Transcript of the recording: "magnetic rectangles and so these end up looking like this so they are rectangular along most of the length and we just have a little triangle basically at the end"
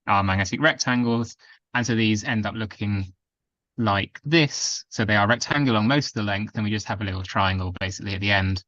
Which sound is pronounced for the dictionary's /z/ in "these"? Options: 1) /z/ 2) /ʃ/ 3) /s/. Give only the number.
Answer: 1